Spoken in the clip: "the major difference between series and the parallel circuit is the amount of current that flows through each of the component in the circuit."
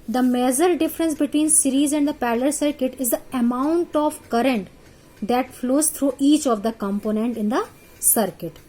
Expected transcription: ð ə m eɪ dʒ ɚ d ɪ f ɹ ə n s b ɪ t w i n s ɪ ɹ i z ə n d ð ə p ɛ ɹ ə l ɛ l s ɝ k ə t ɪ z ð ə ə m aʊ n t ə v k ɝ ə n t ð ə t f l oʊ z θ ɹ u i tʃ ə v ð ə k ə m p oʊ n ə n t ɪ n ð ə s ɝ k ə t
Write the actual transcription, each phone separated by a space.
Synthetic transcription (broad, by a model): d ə m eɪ z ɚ d ɪ f ɹ ə n s b ɪ t w i n s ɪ ɹ i z ə n d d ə p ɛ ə l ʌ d s ɝ k ə t ɪ z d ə ə m aʊ n t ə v k ɝ ə n t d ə t f l oʊ z t ɹ u i tʃ ə v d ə k ə m p oʊ n ə n t ɪ n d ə s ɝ k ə t